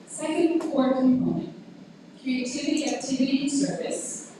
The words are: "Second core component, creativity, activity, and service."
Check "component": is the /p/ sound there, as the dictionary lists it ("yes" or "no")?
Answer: no